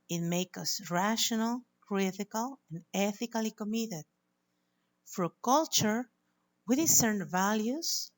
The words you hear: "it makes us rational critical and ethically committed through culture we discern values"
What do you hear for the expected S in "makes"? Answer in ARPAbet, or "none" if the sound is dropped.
none